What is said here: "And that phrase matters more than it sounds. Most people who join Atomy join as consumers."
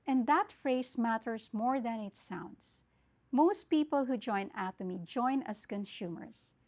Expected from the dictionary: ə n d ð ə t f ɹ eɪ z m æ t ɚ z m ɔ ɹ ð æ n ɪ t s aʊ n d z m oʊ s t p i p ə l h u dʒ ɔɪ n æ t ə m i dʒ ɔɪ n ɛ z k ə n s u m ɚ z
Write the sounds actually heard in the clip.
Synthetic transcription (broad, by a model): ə n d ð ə t f ɹ eɪ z m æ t ɚ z m ɔ ɹ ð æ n ɪ t s aʊ n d s m oʊ s t p i p ə l h u dʒ ɔɪ n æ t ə m i dʒ ɔɪ n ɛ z k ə n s u m ɚ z